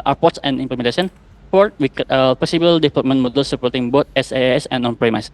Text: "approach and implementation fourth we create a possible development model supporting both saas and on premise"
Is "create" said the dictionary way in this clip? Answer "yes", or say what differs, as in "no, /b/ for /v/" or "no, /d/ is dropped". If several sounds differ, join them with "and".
no, /ɹ/ is dropped